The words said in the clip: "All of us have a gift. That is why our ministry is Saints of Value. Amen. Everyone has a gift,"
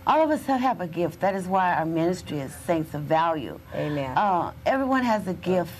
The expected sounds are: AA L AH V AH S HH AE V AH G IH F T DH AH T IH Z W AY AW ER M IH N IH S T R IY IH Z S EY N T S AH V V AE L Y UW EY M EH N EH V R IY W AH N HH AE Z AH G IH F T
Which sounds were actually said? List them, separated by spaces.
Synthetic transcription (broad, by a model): AA L AH V AH S HH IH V AH G IH F T DH AH T IH Z W AY AW ER M IH N IH S T R IY IH Z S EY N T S AH V V AE L Y UW EY M EH N EH V R IY W AH N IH Z AH G IH F T